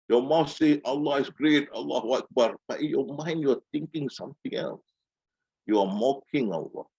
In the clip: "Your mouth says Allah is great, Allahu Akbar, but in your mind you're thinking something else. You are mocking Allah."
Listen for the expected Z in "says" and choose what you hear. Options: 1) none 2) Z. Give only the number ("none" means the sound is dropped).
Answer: 1